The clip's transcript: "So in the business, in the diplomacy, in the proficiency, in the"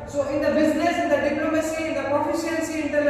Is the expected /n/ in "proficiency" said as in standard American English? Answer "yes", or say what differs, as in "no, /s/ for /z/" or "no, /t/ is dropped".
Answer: no, /l/ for /n/